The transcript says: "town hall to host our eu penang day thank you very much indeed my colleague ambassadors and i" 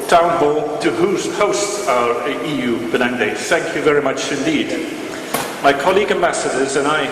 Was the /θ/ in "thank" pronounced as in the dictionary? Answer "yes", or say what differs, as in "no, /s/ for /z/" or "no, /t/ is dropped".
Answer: yes